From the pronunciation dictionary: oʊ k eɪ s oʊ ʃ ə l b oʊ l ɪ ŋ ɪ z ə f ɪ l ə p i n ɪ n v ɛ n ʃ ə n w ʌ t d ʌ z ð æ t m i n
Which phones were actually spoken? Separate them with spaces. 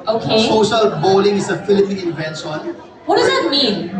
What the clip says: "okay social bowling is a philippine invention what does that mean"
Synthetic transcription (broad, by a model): oʊ k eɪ s oʊ ʃ ə l b oʊ l ɪ ŋ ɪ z ə f ɪ l ə p i n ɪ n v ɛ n s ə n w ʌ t d ʌ z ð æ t m i n